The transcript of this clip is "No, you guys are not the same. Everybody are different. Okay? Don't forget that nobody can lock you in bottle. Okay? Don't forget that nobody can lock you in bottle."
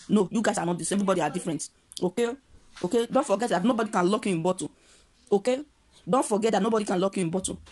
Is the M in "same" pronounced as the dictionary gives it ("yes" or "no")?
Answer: no